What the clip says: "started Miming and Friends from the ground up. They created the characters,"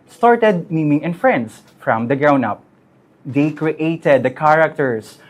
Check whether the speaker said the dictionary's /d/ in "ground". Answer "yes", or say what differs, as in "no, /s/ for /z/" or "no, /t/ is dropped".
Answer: no, /d/ is dropped